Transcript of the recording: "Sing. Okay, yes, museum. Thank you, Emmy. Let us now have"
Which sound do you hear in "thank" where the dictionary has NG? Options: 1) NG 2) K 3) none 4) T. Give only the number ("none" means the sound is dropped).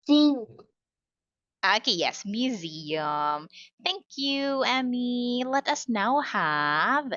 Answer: 1